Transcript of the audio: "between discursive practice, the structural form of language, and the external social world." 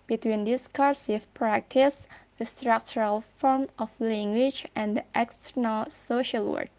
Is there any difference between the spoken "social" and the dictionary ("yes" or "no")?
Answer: no